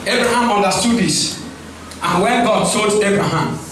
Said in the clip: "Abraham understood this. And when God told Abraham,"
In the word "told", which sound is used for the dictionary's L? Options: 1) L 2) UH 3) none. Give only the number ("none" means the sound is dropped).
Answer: 3